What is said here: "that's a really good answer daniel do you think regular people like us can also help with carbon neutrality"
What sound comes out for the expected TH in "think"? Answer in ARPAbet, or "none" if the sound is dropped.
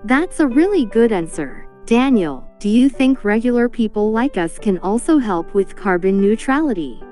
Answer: TH